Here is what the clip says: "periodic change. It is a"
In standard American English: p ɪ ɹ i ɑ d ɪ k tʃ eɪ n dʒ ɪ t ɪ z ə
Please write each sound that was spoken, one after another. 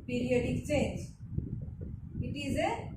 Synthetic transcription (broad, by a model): p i ɹ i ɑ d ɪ k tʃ eɪ dʒ ɪ t ɪ z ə